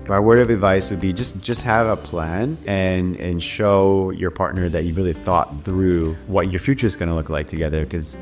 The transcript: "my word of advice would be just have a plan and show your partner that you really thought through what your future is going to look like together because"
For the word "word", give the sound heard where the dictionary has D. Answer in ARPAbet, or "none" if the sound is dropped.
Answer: none